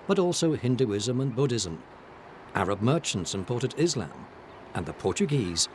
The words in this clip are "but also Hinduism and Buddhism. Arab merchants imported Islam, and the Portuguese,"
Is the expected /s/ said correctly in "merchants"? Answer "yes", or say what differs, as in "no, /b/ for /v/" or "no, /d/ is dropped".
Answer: yes